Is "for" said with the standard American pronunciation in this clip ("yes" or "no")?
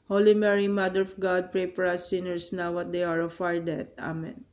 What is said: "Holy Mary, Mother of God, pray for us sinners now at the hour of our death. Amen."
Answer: no